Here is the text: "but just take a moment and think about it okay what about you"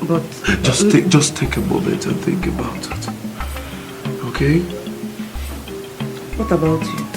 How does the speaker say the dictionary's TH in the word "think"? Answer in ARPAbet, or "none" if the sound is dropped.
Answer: TH